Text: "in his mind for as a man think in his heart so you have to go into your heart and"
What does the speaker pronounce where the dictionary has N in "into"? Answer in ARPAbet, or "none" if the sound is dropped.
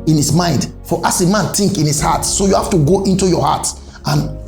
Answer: N